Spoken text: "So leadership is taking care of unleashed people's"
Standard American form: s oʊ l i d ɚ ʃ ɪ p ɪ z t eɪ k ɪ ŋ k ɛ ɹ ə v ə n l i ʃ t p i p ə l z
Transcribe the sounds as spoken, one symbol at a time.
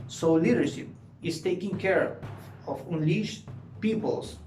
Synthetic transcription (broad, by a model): s oʊ l i d ɚ ʃ ɪ p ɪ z t eɪ k ɪ ŋ k ɛ ɹ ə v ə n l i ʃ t p i p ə l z